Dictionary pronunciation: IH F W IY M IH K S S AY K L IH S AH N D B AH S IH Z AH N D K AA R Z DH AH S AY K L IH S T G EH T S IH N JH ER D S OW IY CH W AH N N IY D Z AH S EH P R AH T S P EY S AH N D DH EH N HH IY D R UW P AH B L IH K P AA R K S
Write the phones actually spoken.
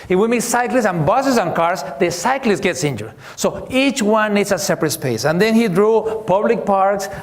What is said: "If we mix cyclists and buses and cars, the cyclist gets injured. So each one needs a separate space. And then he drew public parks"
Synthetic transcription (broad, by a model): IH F W IY M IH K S S AY K L IH S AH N B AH S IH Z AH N K AA R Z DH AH S AY K L IH S T G EH T S IH N JH ER D S OW IY CH W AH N N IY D S AH S EH P R AH T S P EY S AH N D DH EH N HH IY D R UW P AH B L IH K P AA R K S